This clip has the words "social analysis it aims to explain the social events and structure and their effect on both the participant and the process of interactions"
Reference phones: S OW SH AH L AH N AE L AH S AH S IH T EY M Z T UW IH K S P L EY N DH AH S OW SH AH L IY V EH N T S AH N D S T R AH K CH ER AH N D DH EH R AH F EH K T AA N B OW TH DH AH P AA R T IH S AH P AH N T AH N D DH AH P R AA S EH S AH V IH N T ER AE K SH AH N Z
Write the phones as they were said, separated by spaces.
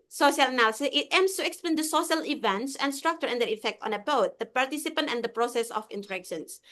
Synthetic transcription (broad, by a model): S OW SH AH L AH N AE L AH S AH S IH T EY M S T UW IH K S P L EY N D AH S OW SH AH L IY V EH N T S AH N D S T R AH K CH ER AH N D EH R AH F EH K T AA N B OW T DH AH P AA R T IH S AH P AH N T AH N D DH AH P R AA S EH S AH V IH N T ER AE K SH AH N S